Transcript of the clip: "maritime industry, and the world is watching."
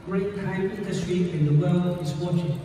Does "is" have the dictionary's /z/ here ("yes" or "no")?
no